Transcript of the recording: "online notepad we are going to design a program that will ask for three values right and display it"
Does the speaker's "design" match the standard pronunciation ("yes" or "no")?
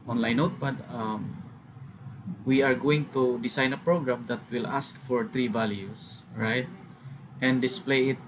no